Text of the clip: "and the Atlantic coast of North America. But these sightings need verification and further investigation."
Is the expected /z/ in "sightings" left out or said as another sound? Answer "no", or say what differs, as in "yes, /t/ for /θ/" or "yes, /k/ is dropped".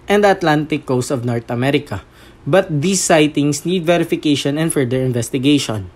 yes, /s/ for /z/